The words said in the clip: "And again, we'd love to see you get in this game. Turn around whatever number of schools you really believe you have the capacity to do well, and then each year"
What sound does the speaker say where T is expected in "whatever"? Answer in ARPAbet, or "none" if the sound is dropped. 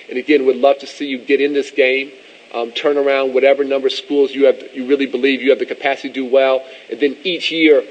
T